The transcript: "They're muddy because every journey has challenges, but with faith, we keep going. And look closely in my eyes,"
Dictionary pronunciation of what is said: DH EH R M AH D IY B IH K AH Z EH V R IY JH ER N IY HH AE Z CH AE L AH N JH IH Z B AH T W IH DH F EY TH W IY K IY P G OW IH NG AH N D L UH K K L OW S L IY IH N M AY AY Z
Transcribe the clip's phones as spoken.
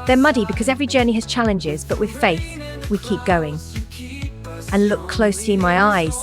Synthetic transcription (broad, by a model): DH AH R M AH D IY B IH K AH Z EH V R IY JH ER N IY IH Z CH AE L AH N JH IH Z B AH T W IH DH F EY TH W IY K IY P G OW IH NG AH N L UH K K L OW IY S M AY AY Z